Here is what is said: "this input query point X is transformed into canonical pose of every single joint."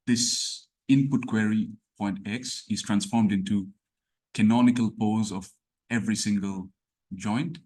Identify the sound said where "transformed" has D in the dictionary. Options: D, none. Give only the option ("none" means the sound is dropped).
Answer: D